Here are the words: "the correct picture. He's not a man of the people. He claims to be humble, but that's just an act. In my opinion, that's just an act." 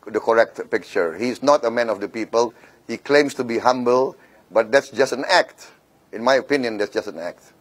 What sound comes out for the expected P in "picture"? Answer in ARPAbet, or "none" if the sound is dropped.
P